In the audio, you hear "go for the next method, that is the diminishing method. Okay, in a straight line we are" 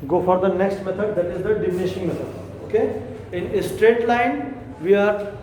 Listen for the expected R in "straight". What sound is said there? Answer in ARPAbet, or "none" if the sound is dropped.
R